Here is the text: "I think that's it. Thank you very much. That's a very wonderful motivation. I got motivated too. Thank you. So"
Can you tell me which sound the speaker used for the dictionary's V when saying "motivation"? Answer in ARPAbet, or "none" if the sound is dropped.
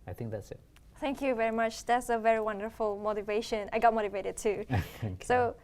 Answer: V